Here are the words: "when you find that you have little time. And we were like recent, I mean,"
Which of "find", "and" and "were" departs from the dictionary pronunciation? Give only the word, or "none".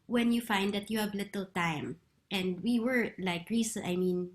none